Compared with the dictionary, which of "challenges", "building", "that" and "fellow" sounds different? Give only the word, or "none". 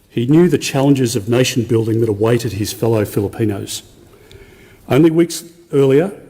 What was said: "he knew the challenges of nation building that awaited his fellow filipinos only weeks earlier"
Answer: none